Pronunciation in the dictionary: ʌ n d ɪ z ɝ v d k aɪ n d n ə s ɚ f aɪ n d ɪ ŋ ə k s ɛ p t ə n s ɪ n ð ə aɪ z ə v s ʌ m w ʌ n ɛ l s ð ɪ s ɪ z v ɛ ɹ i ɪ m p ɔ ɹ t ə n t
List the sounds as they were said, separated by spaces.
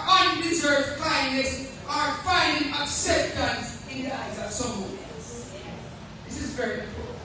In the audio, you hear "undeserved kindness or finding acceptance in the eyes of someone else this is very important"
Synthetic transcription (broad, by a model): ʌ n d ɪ z ɝ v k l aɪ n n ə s ɚ f aɪ n d ɪ ŋ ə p s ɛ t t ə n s ɪ n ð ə aɪ z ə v s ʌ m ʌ ɛ s ð ɪ s ɪ z v ɛ ɹ i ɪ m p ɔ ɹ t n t